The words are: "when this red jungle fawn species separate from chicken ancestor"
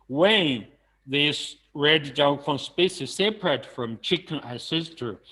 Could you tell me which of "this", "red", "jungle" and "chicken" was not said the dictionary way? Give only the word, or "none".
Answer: jungle